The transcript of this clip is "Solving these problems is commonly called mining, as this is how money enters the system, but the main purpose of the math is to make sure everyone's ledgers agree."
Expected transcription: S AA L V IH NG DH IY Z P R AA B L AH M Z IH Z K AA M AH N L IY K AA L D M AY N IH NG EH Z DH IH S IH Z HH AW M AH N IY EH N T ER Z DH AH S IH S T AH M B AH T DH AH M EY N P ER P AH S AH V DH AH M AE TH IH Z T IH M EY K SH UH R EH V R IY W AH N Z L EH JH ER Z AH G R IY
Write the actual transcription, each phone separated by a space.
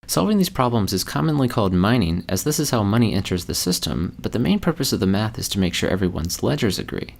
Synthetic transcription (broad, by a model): S AA L V IH NG DH IY Z P R AA B L AH M Z IH Z K AA M AH N L IY K AA L D M AY N IH NG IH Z DH IH S IH Z HH AW M AH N IY EH N T ER Z DH AH S IH S T AH M B AH T DH AH M EY N P ER P AH S AH V DH AH M AE TH IH Z T IH M EY K SH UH R EH V R IY W AH N Z L EH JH ER Z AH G R IY